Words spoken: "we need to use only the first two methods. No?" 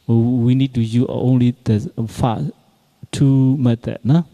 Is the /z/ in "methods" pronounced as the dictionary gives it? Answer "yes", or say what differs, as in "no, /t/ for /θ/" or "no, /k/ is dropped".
no, /z/ is dropped